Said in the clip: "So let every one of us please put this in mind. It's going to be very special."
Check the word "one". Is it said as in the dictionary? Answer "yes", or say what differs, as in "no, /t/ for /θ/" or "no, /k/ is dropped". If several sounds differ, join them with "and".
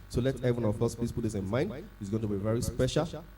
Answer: no, /n/ is dropped